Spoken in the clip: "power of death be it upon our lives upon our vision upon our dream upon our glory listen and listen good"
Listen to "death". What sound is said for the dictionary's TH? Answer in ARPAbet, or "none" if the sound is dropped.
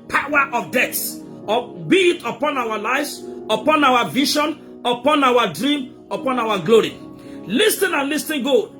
S